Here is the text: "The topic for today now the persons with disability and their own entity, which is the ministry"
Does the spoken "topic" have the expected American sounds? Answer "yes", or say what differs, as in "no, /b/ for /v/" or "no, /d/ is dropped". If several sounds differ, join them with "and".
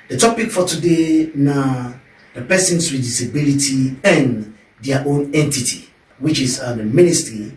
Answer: yes